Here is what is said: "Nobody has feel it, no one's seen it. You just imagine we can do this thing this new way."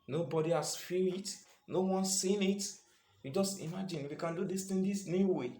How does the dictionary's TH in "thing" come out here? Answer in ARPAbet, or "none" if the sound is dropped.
T